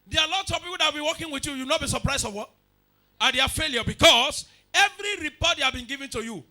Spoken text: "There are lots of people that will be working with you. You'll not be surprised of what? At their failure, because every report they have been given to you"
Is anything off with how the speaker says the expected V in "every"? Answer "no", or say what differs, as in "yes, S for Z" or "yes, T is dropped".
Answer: no